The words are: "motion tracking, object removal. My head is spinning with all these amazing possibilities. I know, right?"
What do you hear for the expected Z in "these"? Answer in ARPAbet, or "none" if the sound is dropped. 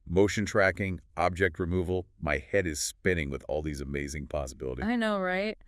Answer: Z